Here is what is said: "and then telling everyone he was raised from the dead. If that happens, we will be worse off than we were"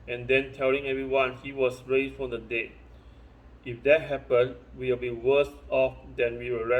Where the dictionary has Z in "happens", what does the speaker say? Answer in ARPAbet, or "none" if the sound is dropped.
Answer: none